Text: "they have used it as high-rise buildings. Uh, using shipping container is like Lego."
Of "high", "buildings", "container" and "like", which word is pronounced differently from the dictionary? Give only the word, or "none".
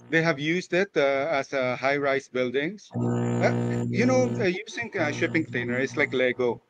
buildings